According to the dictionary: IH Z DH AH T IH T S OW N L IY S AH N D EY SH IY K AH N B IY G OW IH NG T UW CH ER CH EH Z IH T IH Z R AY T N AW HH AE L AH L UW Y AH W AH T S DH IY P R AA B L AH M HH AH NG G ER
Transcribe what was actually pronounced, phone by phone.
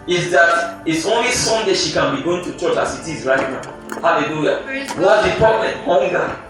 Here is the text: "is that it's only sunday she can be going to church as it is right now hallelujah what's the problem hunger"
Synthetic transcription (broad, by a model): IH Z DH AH T IH T S OW N L IY S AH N D EY SH IY K AH N B IY G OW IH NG T UW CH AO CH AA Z IH T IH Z R AY T N AW HH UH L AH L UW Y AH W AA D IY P AA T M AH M HH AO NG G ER